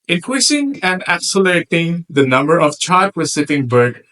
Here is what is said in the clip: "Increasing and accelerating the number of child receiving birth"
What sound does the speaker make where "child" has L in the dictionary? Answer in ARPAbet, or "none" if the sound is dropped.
none